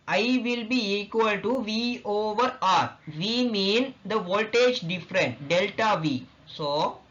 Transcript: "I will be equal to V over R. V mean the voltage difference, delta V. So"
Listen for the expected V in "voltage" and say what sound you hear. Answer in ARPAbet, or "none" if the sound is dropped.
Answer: V